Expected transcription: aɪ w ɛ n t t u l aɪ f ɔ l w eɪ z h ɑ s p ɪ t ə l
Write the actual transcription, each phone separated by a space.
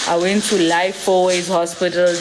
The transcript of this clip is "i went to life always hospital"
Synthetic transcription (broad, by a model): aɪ w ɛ n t t u l aɪ f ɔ w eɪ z h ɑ s p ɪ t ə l